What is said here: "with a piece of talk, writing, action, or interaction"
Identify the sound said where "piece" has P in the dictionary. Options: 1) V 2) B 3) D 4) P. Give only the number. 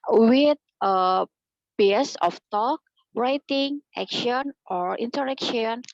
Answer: 2